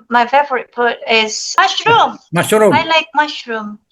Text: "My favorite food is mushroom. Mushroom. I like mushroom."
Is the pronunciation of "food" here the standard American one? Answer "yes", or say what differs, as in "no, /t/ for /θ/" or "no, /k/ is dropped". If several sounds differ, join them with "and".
no, /p/ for /f/